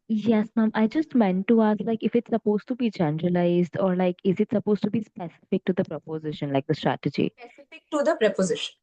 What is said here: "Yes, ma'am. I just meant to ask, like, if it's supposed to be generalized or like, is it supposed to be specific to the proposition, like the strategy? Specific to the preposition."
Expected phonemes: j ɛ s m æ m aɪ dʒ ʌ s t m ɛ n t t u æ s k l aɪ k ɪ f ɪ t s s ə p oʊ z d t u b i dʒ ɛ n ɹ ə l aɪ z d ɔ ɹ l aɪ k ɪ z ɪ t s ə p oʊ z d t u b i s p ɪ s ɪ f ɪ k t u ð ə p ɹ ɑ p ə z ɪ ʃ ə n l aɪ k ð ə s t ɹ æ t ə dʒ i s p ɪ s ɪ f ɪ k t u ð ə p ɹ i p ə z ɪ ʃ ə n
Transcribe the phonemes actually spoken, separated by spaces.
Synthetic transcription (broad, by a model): j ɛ s m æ m aɪ dʒ ʌ s t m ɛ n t t u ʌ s l aɪ k ɪ f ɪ t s s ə p oʊ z t u b i dʒ ɛ n ɹ ə l aɪ z d ɔ ɹ l aɪ k ɪ z ɪ t s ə p oʊ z t u b i s p ɪ s ɪ f ɪ k t u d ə p ɹ ɑ p ə z ɪ ʃ ə n l aɪ k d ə s t ɹ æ t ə dʒ i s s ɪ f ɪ k t u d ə p ɹ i p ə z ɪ ʃ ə n